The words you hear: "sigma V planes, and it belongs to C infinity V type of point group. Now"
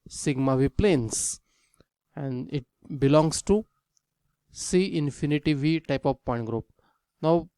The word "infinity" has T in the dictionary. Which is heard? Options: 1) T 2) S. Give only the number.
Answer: 1